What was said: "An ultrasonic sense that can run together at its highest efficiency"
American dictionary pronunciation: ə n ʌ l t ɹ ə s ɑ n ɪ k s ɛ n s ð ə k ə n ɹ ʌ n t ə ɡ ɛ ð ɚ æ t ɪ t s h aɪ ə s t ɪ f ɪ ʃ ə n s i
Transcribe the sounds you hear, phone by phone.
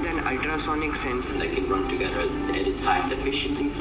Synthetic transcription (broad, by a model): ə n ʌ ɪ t ɹ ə s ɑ n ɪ k s ɛ n s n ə k ə n ɹ ʌ n t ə ɡ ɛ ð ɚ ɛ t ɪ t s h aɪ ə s ɪ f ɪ ʃ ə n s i